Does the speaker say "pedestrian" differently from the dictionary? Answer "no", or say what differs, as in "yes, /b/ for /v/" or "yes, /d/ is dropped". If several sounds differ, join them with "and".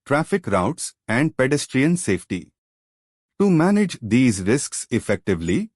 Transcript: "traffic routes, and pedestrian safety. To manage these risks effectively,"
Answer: no